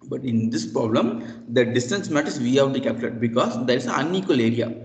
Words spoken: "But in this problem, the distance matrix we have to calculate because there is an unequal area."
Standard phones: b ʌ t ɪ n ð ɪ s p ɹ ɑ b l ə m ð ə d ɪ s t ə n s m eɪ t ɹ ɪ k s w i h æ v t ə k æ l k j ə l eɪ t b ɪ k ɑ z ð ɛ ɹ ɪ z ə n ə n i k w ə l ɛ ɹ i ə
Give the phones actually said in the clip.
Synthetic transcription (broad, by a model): b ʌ t ɪ n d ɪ s p ɹ ɑ b l ə m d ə d ɪ s t ə n s m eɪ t ɪ s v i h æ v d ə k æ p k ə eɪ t b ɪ k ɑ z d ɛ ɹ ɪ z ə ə n i k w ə l ɛ ɹ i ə